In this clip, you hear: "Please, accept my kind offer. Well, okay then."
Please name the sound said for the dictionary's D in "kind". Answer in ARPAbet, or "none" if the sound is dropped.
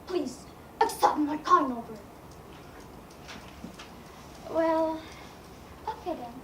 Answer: none